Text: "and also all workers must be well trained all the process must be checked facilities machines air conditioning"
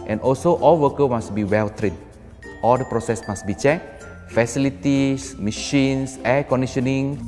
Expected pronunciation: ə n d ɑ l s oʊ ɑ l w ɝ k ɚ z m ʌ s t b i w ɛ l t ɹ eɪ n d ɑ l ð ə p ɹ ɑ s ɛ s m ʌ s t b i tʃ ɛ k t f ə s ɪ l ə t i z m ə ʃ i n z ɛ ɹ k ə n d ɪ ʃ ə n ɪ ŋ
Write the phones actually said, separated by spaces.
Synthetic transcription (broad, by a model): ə n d ɑ l s oʊ ɑ l w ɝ k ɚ m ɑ s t b i w ɛ l t ɹ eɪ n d ɑ l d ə p ɹ ɑ s ɛ s m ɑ s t b i tʃ ɛ k f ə s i l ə t i s m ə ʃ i n s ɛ k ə n d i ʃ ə n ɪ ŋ